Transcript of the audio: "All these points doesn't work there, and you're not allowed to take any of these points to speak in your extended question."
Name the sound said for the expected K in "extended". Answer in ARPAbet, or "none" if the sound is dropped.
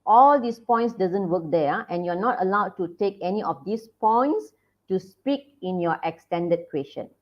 K